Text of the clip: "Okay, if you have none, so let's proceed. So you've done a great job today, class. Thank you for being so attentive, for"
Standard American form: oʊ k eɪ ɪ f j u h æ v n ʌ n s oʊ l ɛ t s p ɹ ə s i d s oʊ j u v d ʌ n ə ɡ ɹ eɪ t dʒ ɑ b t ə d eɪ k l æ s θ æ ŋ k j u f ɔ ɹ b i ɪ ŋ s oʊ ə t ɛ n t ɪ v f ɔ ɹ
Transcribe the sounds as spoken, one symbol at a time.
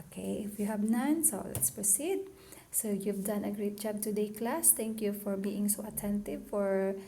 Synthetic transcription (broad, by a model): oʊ k eɪ ɪ f j u h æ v n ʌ n s oʊ l ɛ t s p ɹ ə s i d s oʊ j u v d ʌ n ə ɡ ɹ eɪ t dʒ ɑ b t ə d eɪ k l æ s t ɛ ŋ k j u f ɔ ɹ b i ɪ ŋ s oʊ ə t ɛ n t ɪ v f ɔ ɹ